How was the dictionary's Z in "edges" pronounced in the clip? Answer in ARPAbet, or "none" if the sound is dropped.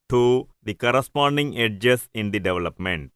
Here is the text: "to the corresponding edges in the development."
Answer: S